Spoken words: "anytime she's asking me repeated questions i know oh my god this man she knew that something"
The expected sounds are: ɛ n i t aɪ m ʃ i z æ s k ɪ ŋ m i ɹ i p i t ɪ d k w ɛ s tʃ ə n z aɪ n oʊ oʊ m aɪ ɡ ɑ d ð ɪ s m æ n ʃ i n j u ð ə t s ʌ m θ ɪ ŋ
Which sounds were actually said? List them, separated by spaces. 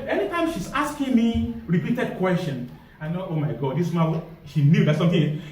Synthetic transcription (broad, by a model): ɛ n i t aɪ m ʃ i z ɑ s k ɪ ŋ m i ɹ i p i t ɪ d k w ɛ s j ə n aɪ n oʊ oʊ m aɪ ɡ ɑ d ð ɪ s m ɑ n ʃ i n j u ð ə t s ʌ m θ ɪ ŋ